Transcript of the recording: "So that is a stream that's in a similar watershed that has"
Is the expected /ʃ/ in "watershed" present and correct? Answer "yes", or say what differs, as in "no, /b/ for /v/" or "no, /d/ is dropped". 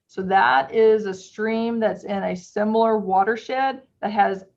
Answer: yes